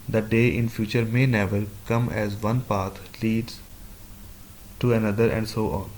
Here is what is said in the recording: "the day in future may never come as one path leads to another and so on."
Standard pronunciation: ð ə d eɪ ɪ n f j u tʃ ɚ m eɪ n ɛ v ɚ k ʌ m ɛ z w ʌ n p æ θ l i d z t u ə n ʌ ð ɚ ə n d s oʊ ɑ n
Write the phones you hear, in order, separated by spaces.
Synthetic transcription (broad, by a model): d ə d eɪ ɪ n f j u tʃ ɚ m eɪ n ɛ v ɚ k ʌ m ɛ z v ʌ n p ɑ t l i d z t u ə n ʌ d ɚ ə n d s oʊ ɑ n